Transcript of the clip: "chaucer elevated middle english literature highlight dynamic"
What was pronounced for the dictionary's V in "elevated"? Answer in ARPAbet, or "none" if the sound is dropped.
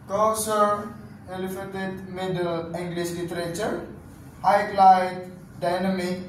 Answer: F